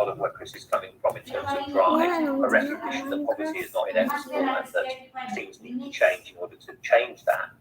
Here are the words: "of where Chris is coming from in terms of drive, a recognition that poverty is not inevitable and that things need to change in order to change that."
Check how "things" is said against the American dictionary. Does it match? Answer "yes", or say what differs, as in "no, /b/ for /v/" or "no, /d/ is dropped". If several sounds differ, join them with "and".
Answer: no, /s/ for /θ/